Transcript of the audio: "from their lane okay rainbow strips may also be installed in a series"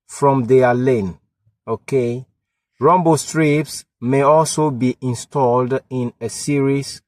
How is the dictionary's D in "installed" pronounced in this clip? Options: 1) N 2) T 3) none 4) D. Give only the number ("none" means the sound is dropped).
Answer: 4